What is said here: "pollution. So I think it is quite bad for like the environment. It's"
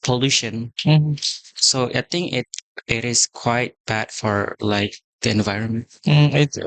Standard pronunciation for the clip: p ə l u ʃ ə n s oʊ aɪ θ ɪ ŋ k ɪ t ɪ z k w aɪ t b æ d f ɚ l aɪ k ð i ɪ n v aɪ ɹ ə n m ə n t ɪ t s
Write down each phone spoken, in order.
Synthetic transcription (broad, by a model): p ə l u ʃ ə n s oʊ aɪ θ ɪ ŋ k ɪ t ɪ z k w aɪ t b æ d f ɚ l aɪ k ð i ɪ n v aɪ ɹ ə n m ə n t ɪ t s